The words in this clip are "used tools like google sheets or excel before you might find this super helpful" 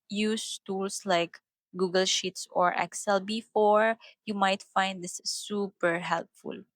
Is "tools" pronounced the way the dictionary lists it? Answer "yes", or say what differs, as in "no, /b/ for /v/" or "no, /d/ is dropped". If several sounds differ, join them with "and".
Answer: no, /s/ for /z/